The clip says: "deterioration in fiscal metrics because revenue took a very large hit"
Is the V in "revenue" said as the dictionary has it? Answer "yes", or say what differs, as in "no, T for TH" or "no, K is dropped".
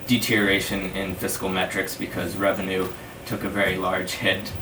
yes